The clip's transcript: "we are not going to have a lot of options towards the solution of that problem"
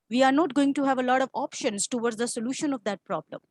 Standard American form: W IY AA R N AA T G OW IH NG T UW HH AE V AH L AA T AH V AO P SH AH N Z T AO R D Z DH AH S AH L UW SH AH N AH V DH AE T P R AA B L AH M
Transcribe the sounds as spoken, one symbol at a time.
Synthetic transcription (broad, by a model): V IY AA R N AA T G OW IH NG T UW HH AE V AH L AA T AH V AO P SH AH N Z T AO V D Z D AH S AH L UW SH AH N AH V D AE T P R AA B L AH M